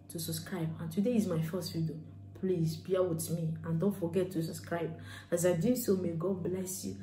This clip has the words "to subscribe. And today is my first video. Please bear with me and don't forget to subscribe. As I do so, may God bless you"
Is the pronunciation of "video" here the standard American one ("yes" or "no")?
no